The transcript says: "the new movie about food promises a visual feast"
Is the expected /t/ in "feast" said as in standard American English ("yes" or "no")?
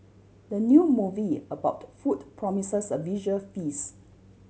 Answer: no